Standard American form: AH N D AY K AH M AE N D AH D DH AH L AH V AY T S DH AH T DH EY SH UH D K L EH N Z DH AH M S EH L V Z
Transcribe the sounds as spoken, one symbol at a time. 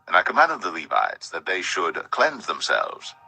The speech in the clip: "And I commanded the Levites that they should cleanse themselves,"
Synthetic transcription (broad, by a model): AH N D AY K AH M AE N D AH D DH AH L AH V AY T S DH AH T DH EY SH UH D K L EH N Z DH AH M S EH L V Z